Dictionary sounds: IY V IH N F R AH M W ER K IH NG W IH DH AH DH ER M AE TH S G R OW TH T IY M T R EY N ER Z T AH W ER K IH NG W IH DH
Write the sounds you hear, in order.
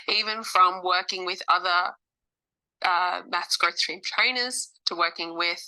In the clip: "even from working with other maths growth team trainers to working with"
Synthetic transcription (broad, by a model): IY V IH N F R AH M W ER K IH NG W IH DH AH DH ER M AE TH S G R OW S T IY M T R EY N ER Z T AH W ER K IH NG W IH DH